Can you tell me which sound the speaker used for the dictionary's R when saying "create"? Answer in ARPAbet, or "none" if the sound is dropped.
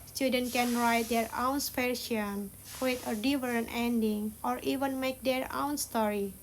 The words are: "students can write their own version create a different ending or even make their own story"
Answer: none